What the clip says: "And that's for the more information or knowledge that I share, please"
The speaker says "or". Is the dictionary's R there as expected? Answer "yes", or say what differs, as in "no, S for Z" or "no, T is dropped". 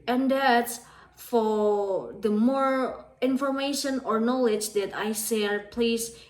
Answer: yes